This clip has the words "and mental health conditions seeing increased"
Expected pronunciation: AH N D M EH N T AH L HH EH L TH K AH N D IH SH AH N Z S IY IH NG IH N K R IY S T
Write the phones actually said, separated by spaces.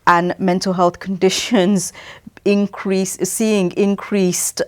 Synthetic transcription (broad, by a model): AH N M EH N T AH L HH EH L TH K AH N D IH SH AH N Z S IY IH NG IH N K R IY S T